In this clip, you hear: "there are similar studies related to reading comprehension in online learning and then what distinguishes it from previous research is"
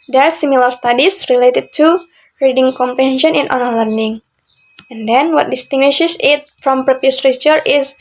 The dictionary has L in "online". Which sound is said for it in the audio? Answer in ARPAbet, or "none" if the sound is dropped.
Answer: none